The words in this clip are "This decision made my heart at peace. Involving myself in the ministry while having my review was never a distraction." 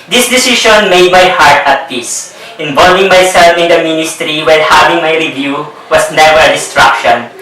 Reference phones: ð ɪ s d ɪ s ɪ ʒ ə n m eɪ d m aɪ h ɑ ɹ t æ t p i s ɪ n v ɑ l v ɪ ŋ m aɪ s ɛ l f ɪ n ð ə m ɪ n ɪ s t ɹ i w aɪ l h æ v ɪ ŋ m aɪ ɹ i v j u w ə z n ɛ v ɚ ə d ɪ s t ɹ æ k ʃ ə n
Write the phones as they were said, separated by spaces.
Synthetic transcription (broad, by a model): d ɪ s d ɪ s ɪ ʃ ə n m eɪ d m aɪ h ɑ ɹ t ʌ t p i s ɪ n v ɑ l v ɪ ŋ m aɪ s ɛ l f ɪ n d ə m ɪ n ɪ s t ɹ i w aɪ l h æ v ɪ ŋ m aɪ ɹ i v j u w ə s n ɛ v ɚ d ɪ s t ɹ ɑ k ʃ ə n